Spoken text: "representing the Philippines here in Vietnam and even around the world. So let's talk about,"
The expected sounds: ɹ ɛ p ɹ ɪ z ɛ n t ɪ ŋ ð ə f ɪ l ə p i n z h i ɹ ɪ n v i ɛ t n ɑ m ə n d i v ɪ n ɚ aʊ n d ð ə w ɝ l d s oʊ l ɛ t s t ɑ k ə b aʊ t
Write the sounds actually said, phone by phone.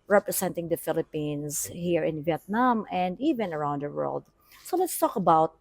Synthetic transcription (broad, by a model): ɹ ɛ p ɹ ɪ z ɛ n t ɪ ŋ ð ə f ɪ l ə p i n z h i ɹ ɪ n v i ɛ t n ɑ m ə n d i v ɪ n ɚ aʊ n d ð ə w ɝ l d s oʊ l ɛ t s t ɑ k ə b aʊ t